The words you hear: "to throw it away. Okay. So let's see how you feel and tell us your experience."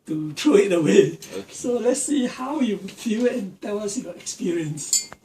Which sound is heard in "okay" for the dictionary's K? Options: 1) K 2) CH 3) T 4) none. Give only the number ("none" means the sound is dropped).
4